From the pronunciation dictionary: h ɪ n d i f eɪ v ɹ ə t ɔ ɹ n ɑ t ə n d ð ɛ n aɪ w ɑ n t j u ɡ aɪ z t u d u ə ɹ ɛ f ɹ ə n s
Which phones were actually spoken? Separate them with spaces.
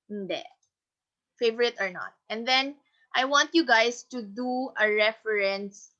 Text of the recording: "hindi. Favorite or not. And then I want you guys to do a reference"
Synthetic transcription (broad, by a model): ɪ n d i f eɪ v ɹ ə t ɔ ɹ n ɑ t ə n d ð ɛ n aɪ w ɑ n t j u ɡ aɪ s t u d u ə ɹ ɛ f ɹ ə n s